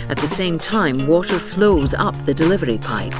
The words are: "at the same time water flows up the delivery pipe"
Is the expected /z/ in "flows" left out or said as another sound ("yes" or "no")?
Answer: no